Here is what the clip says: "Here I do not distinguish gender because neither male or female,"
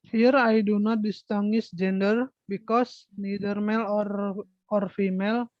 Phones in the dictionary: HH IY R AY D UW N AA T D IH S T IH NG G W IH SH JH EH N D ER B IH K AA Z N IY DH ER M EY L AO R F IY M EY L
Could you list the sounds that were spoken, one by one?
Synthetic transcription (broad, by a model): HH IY R AY D UW N AA T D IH S T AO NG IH S JH EH N D ER B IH K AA S N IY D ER M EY L AO R F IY M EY L